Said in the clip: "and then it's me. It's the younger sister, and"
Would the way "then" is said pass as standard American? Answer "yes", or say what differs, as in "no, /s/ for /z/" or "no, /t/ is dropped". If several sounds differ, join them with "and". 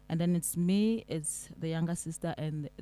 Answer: yes